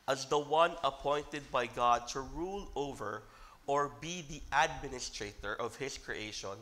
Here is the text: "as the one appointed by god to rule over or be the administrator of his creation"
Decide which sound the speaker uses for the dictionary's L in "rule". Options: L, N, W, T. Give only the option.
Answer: L